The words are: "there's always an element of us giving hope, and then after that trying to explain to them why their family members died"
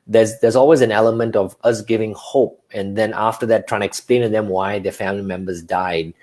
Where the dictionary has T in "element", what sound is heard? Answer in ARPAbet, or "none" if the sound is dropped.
T